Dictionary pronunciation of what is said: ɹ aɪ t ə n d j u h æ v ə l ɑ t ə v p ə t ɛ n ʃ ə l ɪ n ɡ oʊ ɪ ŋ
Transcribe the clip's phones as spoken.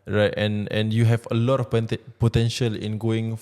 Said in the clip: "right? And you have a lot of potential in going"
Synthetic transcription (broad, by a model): ɹ aɪ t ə n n j u h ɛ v ə l ɑ t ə p p ə t ɛ n ʃ ə l ɪ n ɡ oʊ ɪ ŋ